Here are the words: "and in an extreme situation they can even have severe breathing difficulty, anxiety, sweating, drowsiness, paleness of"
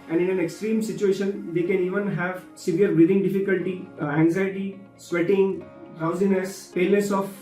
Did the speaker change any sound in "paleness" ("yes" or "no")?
yes